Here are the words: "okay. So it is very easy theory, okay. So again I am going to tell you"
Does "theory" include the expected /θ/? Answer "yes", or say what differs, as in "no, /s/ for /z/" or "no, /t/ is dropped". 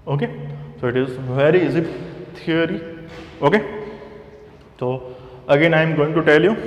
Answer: no, /t/ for /θ/